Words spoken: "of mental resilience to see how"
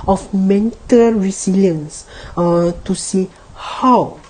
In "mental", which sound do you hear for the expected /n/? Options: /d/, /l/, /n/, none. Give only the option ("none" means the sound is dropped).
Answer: /n/